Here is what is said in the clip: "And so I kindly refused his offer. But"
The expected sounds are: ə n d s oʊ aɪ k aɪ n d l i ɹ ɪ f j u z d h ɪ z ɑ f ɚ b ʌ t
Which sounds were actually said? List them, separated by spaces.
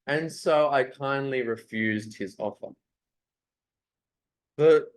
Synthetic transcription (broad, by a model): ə n s oʊ aɪ k aɪ n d l i ɹ ɪ f j u z d h ɪ z ɑ f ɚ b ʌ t